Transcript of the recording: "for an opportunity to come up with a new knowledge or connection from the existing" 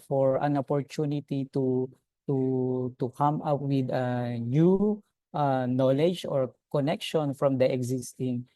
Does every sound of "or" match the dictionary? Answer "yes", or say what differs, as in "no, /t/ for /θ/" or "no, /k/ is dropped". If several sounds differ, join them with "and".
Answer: yes